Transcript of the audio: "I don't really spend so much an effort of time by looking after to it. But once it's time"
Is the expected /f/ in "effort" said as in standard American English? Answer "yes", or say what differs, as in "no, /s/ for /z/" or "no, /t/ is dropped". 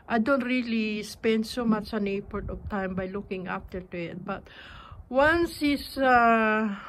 no, /p/ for /f/